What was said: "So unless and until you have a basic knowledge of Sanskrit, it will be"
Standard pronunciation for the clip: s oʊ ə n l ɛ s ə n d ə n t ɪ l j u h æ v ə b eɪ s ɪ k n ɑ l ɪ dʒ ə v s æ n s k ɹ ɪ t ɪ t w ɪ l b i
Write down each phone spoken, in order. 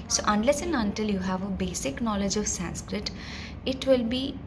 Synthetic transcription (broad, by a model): s oʊ ə n l ɛ s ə n ə n t ɪ l j u h æ v ə b eɪ s ɪ k n ɑ l ɪ dʒ ə v s æ n s k ɹ ɪ t ɪ t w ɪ l b i